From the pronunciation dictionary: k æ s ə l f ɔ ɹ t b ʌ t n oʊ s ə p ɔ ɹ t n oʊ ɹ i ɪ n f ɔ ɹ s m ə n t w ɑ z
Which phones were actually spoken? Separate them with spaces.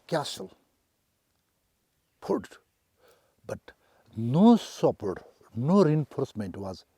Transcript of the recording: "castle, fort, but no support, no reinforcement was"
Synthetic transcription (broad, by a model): k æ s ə l p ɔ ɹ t b ʌ t n oʊ s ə p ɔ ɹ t n oʊ ɹ i ɪ n f ɔ ɹ s m ə n t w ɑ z